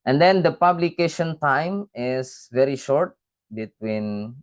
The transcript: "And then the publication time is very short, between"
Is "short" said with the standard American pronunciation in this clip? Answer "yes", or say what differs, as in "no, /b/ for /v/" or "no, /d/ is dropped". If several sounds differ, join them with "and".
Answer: yes